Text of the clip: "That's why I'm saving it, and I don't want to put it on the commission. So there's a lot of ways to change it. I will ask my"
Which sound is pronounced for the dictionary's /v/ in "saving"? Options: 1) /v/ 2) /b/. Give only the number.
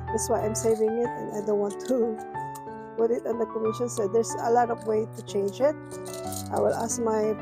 1